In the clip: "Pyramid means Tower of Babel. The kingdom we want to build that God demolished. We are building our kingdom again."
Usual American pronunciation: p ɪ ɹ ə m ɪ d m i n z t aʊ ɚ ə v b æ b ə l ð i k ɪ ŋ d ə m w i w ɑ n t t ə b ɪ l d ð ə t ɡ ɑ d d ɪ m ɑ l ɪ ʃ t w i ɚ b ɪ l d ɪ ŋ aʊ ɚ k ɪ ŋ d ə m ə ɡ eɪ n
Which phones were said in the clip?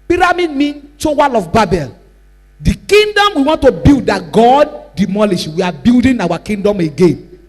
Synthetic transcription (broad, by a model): p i ɹ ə m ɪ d m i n t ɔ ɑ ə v b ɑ b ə l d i k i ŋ d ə m w i w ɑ n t t ə b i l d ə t ɡ ɑ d d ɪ m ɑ l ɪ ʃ w i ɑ b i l d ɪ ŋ aʊ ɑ k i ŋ d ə m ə ɡ eɪ n